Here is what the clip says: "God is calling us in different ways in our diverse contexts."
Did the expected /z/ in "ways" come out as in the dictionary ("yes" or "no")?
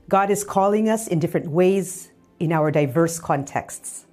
yes